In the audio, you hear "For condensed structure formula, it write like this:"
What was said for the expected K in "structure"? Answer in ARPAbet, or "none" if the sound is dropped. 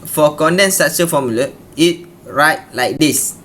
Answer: none